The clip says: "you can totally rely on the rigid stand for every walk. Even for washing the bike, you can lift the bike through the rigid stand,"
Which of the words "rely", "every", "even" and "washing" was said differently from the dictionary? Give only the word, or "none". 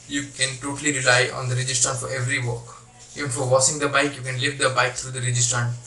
washing